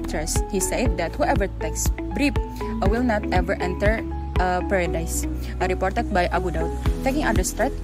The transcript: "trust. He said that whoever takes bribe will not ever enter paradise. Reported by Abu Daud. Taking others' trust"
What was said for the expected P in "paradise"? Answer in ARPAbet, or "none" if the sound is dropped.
P